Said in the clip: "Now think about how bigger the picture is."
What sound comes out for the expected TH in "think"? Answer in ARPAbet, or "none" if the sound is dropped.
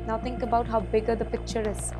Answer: T